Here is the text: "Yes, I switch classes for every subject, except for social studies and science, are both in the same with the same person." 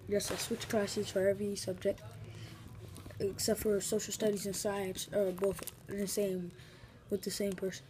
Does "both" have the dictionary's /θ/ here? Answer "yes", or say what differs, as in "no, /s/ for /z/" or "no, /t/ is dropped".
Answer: yes